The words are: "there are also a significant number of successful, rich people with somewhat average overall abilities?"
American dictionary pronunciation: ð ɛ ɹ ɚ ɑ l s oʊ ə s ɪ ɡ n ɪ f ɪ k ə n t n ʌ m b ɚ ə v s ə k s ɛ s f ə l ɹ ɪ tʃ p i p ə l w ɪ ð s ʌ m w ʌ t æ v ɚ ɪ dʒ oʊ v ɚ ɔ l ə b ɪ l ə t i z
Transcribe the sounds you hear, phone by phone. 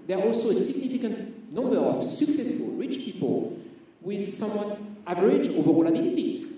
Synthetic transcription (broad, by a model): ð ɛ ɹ ɑ l s oʊ ə s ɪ ɡ n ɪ f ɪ k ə n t n ʌ m b ɚ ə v s ə k s ɛ s f ə l ɹ ɪ tʃ p i p ə l w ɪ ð s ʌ m w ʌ t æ v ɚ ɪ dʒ oʊ v ɚ ɔ l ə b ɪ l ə t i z